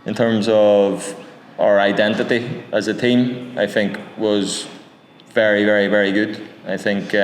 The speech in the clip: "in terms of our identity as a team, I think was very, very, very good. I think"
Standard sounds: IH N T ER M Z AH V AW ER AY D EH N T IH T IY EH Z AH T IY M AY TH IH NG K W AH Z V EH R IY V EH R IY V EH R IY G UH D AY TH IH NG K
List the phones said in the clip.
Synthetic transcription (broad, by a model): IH N T ER M Z AH V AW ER AY D EH N T IH T IY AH Z AH T IY M AY TH IH NG K W AH Z V EH R IY V EH R IY V EH R IY G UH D AY TH IH NG K